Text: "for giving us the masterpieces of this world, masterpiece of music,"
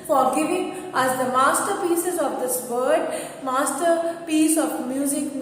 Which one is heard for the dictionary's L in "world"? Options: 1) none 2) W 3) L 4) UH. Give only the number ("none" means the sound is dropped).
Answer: 1